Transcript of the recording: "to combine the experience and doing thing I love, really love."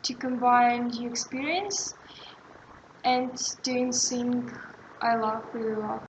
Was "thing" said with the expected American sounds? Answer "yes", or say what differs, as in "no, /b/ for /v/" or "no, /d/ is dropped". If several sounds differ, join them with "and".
no, /s/ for /θ/